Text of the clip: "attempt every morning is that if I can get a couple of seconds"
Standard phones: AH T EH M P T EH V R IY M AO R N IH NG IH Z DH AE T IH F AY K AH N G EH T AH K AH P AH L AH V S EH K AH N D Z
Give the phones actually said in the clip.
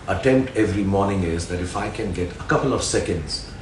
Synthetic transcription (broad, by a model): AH T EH M P T EH V R IY M AO R N IH NG IH Z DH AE T IH F AY K AH N G EH T AH K AH P AH L AH V S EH K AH N D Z